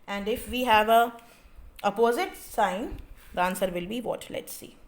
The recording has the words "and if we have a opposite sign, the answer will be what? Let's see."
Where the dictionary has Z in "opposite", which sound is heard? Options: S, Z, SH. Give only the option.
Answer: Z